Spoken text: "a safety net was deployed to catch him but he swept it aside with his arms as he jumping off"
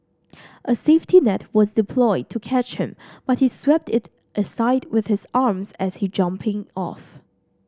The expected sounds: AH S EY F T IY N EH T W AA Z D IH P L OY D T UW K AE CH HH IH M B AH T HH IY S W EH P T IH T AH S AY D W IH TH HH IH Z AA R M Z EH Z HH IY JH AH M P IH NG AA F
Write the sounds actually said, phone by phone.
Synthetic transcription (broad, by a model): AH S EY F T IY N EH T W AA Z D IH P L OY D T UW K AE CH HH IH M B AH T HH IY S W EH P T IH T AH S AY D W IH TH HH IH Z AA R M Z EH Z HH IY JH AH M P IH NG AA F